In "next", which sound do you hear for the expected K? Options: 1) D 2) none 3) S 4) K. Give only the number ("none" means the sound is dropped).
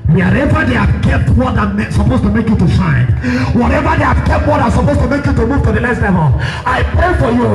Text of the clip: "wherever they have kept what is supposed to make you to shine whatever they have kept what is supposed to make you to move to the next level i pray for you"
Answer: 2